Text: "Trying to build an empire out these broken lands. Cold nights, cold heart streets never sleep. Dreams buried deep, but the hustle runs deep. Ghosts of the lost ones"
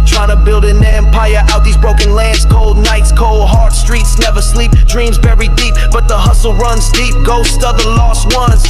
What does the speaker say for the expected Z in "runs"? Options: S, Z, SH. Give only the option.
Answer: Z